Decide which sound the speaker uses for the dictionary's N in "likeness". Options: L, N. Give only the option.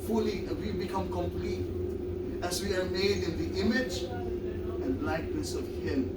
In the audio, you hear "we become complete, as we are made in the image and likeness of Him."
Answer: L